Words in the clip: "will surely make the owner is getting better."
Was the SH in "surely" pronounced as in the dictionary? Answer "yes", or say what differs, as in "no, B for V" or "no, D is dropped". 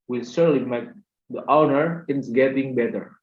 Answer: no, S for SH